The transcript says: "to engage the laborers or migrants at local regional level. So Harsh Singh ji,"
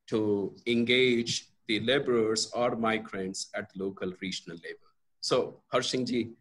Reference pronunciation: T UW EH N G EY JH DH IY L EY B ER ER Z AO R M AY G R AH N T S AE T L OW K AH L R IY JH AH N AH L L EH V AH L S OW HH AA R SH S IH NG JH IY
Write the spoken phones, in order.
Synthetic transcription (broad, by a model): T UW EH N G EY JH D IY L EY B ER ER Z AO R M AY G R AH N T S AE T L OW K AH L R IY JH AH N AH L L EH B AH L S OW HH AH R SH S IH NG JH IY